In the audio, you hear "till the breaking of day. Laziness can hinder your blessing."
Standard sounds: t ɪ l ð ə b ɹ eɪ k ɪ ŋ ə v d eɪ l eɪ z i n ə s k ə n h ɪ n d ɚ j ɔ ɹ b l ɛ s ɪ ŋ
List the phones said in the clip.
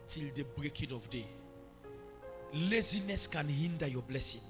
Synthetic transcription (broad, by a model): t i l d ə b ɹ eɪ k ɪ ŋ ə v d eɪ l eɪ z i n ə s k ə n h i n d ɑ j ɔ b l ɛ s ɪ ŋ